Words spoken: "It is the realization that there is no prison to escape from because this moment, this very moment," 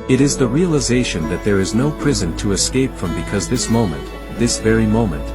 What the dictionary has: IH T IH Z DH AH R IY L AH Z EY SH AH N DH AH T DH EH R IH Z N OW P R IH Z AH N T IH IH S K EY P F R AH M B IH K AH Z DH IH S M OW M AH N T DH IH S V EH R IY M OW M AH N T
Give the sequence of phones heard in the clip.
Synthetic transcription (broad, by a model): IH T IH Z DH AH R IY L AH Z EY SH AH N DH AH T DH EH R IH Z N OW P R IH Z AH N T IH IH S K EY P F R AH M B IH K AH Z DH IH S M OW M AH N T DH IH S V EH R IY M OW M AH N T